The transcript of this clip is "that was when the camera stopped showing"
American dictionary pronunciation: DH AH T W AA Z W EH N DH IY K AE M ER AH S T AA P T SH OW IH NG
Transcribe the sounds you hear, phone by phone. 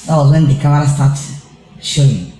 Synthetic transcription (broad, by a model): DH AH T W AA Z W EH N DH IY K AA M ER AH S T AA T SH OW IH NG